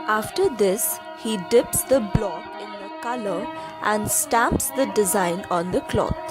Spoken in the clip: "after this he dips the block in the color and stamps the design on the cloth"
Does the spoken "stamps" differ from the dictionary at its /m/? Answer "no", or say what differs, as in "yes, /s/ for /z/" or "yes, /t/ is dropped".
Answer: no